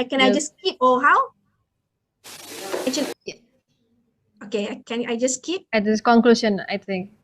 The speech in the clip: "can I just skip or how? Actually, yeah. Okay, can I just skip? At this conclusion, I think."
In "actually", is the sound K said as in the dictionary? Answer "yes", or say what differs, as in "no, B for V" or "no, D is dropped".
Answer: no, K is dropped